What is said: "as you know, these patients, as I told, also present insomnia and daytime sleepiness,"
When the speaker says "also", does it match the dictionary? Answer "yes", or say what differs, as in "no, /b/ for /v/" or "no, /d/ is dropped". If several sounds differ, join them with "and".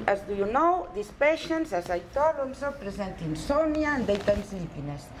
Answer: no, /n/ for /l/